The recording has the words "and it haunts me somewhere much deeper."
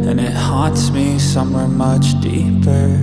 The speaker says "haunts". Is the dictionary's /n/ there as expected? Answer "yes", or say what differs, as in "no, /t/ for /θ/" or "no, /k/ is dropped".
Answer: no, /n/ is dropped